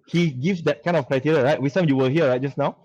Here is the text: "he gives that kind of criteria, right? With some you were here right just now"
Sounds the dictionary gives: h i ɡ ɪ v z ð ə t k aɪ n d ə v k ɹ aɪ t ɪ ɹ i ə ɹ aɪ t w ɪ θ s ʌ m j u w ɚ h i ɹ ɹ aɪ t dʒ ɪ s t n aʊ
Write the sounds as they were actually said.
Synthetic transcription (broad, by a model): h i ɡ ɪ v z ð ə t k aɪ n ə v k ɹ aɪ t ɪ ɹ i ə ɹ aɪ t w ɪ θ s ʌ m j u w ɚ h i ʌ ɹ aɪ t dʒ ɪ s n aʊ